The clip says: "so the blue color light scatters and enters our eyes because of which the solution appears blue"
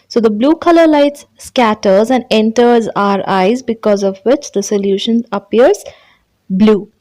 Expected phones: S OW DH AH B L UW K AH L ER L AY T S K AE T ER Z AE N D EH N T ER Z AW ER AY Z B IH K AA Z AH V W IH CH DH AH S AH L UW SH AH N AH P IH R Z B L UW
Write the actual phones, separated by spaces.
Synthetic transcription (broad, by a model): S OW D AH B L UW K AH L ER L AY T S K AE T ER Z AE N D EH N T ER Z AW ER AY Z B IH K AA Z AH V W IH CH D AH S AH L UW SH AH N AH P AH R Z B L UW